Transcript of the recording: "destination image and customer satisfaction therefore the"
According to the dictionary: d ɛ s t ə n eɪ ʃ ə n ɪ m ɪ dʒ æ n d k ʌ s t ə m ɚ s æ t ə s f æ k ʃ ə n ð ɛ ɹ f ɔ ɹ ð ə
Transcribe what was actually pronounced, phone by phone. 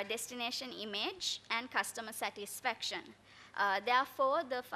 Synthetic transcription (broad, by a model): d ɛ s t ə n eɪ ʃ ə n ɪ m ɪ dʒ æ n d k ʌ s t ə m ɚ s æ t ə s f æ k ʃ ə n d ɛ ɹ f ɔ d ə